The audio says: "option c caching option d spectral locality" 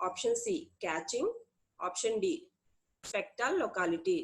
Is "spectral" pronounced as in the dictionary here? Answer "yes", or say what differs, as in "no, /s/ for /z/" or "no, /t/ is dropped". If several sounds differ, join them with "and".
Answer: no, /ɹ/ is dropped